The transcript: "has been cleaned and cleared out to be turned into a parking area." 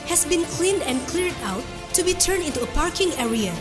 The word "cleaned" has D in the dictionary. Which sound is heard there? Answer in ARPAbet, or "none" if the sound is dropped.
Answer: D